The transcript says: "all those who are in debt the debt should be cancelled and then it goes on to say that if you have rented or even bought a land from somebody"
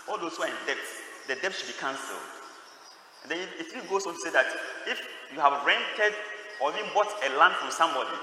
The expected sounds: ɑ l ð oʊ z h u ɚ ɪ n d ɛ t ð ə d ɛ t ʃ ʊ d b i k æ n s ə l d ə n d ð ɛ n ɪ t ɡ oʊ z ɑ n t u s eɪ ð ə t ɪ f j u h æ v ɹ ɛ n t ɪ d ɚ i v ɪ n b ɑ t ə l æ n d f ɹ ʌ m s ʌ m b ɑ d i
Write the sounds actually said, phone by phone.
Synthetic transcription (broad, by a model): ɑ l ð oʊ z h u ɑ ɪ n d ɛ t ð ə d ɛ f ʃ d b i k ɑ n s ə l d ə n d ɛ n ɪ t ɡ oʊ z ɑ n t u s eɪ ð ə t ɪ f j u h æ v ɹ ɛ n t ɪ d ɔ i v ɪ n b ɑ t ə l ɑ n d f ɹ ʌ s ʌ m b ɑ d i